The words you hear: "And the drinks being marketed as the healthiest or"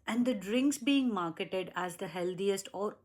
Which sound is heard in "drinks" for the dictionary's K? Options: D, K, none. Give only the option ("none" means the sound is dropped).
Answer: K